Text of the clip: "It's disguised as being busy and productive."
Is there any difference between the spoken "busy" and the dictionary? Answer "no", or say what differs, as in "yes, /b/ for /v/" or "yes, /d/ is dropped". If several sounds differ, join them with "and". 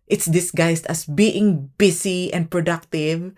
yes, /s/ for /z/